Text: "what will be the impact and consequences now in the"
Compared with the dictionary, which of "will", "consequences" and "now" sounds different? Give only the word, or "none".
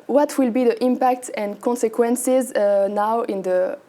none